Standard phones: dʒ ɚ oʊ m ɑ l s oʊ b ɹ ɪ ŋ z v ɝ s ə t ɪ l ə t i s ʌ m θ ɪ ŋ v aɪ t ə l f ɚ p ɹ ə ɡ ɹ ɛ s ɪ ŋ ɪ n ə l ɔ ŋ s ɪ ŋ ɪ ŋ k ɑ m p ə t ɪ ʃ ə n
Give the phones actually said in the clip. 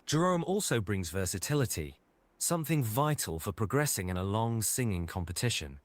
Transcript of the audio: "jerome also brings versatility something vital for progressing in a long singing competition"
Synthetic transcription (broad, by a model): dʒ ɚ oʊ m ɑ l s oʊ b ɹ ɪ ŋ z v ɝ s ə t ɪ l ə t i s ʌ m θ ɪ ŋ v aɪ t ə l f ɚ p ɹ ə ɡ ɹ ɛ s ɪ ŋ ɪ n ə l ɔ ŋ s ɪ ŋ ɪ ŋ k ɑ m p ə t ɪ ʃ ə n